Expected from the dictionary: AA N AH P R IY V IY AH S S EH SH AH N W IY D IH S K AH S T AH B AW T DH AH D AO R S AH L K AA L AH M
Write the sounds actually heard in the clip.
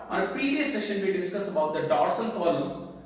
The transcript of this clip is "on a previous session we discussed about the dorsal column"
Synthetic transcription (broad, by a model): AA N AH P R IY V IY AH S S EH SH AH N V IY D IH S K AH S AH B AW T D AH D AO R S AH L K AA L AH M